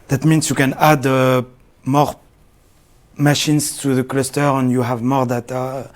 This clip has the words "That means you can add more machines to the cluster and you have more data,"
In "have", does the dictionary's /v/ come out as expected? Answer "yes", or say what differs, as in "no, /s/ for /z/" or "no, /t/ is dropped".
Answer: yes